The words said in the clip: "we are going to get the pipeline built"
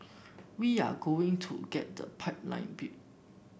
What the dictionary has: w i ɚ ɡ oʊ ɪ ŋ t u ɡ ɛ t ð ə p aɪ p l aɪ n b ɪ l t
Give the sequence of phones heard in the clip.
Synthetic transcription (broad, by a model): w i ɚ ɡ oʊ ɪ ŋ t u ɡ ɛ t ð ə p aɪ p l aɪ n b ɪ t